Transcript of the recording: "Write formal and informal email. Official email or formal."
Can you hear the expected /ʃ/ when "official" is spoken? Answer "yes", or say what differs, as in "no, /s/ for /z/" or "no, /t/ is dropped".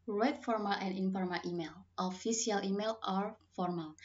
no, /s/ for /ʃ/